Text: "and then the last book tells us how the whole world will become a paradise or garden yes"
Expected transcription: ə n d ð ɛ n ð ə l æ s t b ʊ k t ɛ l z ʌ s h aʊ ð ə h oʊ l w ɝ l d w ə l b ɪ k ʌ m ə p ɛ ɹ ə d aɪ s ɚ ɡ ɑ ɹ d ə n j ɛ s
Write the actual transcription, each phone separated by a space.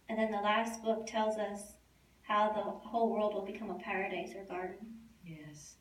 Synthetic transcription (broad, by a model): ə n ð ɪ n ð ə l æ s t b ʊ k t ɛ l z ʌ s h aʊ ð ə h oʊ l w ɝ l d w ə l b ɪ k ʌ m ə p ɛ ɹ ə d aɪ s ɚ ɡ ɑ ɹ d n j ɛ s